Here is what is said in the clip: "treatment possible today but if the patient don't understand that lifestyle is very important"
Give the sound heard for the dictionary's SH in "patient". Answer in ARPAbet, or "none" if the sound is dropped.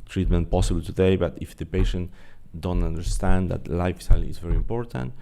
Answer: SH